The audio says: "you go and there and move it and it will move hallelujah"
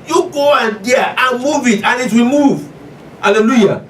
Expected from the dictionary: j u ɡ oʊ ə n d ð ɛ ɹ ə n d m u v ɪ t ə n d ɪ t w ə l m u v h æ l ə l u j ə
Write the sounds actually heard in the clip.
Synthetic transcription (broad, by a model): j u ɡ oʊ ə n d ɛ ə n m u v ɪ t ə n ɪ t w ə l m u v h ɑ l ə l u j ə